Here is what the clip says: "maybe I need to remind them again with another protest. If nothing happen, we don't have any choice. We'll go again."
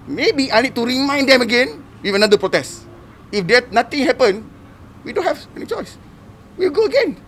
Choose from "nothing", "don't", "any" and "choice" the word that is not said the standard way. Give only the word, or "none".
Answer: nothing